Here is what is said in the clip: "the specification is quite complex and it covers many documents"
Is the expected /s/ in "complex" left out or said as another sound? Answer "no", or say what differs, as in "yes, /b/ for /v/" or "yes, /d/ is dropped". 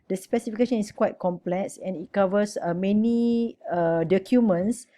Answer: no